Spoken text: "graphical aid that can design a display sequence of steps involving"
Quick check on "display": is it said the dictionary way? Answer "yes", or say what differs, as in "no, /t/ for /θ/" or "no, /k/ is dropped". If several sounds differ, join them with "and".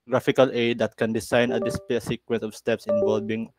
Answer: no, /l/ is dropped